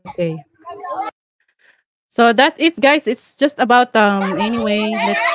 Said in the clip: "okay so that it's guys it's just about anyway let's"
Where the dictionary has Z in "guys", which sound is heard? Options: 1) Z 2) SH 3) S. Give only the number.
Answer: 3